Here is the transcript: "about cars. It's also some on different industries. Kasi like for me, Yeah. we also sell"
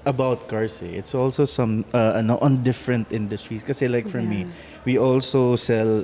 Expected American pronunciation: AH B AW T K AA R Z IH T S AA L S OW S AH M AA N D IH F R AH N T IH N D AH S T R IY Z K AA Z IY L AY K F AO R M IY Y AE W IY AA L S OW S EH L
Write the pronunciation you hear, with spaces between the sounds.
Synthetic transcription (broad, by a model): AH B AW T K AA R S IH T S AA L S OW S AH M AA N D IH F R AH N T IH N D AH S T R IY S K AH S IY L AY K F AO R M IY W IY AA L S OW S EH L